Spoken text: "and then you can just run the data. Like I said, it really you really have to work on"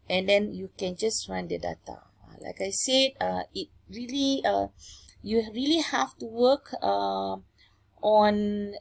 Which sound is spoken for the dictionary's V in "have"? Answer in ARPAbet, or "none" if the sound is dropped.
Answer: F